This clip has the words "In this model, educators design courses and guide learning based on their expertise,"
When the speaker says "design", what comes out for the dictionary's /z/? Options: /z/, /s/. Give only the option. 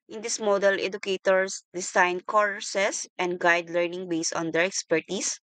/s/